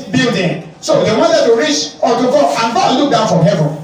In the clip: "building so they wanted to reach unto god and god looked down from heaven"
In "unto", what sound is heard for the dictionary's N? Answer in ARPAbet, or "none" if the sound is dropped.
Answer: none